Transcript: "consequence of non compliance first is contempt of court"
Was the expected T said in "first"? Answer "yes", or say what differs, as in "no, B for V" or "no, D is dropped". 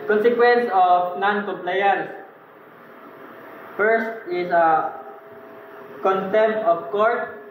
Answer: yes